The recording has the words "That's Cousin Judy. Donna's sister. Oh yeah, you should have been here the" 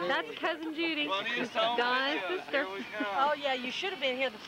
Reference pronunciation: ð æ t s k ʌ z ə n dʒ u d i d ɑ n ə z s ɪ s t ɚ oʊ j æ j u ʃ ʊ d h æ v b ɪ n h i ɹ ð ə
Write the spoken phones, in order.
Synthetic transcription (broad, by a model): ð æ t s k ʌ z ə n dʒ u d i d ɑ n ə s ɪ s t ɚ oʊ j æ j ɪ ʃ ʊ d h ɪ v b ɪ n h i ɹ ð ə